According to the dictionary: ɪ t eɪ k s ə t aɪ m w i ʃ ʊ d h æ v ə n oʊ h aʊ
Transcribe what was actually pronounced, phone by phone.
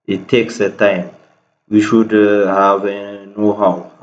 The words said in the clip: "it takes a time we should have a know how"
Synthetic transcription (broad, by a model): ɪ t eɪ k s ə t aɪ m w i ʃ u d h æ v ə n oʊ h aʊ